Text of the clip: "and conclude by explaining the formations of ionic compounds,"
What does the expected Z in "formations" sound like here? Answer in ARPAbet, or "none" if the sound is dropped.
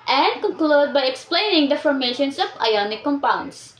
S